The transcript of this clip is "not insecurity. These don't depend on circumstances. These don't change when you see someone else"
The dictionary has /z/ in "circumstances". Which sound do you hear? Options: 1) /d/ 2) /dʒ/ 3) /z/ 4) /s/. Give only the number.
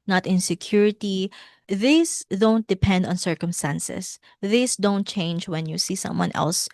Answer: 4